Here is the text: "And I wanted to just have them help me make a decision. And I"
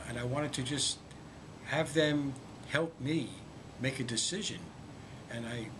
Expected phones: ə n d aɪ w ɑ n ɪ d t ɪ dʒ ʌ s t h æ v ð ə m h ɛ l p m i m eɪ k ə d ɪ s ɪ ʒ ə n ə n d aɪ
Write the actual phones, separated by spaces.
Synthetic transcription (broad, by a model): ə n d aɪ w ɑ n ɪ d t ɪ dʒ ʌ s t h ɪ v ð ə m h ɛ l p m i m eɪ k ə d ɪ s ɪ ʒ ə n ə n aɪ